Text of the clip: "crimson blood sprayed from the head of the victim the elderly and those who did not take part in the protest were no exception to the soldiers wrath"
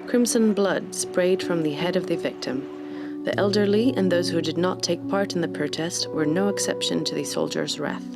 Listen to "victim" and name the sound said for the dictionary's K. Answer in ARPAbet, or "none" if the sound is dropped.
K